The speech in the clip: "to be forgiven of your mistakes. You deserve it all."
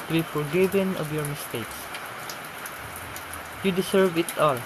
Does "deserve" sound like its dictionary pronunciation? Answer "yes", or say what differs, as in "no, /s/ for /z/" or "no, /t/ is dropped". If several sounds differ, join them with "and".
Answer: no, /s/ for /z/